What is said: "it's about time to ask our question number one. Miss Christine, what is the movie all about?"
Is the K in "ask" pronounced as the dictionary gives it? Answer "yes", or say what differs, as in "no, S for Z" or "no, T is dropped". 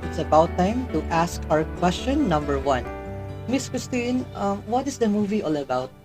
yes